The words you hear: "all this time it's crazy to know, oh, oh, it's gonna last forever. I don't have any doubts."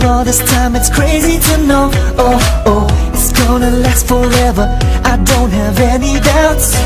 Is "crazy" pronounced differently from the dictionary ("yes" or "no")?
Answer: no